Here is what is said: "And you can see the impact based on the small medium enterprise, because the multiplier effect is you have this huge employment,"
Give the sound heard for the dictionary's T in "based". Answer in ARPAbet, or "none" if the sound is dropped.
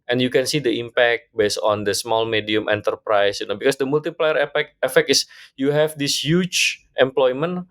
none